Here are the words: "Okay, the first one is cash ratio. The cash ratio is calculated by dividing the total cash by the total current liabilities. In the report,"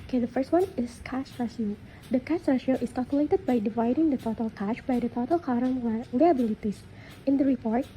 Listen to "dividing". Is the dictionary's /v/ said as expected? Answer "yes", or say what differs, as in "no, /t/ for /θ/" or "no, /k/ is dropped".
yes